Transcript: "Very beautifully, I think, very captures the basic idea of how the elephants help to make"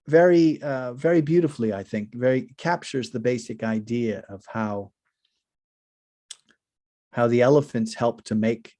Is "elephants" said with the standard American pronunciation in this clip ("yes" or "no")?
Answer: yes